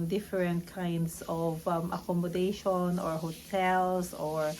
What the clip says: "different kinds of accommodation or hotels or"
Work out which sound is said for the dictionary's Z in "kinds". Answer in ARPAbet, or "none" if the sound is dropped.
S